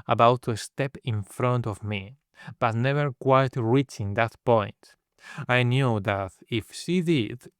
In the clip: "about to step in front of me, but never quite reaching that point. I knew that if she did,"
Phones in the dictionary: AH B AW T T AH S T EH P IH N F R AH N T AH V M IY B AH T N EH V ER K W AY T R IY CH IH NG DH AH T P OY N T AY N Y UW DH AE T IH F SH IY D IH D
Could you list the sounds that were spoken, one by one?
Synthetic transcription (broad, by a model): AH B AW T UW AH S T EH P IH N F R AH N T AH V M IY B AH T N EH V ER K W AY T R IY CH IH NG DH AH T P OY N T AY N Y UW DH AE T IH F SH IY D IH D